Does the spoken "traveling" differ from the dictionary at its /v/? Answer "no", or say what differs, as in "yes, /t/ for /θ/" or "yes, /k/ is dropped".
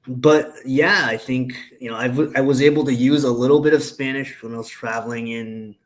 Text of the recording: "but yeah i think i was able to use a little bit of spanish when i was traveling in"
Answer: no